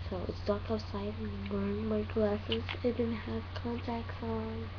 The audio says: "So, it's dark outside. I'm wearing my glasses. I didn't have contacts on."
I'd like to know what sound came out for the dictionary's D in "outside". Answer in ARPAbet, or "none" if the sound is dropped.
none